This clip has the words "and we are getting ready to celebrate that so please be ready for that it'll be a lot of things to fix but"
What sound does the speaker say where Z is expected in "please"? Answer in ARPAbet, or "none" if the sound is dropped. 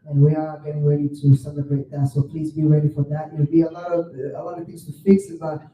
Z